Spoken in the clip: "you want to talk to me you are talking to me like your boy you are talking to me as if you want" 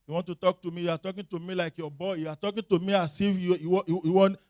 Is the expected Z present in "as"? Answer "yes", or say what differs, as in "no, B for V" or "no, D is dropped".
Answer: no, S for Z